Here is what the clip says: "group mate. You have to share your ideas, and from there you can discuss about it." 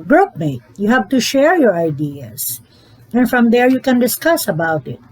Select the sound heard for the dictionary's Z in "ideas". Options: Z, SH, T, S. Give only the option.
S